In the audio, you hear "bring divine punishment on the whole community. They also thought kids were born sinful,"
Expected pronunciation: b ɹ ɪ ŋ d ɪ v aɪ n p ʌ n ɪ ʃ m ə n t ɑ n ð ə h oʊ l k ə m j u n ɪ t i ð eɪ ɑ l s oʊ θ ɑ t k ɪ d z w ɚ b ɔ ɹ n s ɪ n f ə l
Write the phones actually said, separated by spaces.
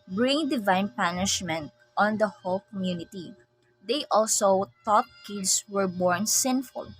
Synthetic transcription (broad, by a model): b ɹ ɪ ŋ d ɪ v aɪ n p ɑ n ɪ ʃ m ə n t ɑ n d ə h oʊ l k ə m j u n ɪ t i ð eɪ ɑ l s oʊ t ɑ t k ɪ d s w ɚ b ɔ ɹ n s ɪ n f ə l